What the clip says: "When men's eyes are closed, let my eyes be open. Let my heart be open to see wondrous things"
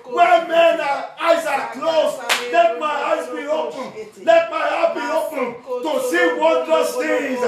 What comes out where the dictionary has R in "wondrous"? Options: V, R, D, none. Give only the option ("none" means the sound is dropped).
none